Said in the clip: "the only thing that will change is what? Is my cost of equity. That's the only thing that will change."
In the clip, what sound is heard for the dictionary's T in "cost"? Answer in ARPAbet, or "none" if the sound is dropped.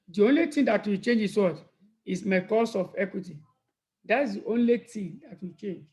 none